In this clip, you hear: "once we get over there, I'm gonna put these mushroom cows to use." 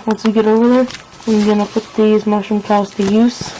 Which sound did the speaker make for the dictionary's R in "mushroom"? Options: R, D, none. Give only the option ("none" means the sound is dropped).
none